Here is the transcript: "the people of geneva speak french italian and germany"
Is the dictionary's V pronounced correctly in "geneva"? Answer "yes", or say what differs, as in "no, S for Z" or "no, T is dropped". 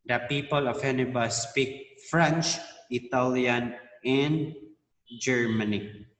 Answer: no, B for V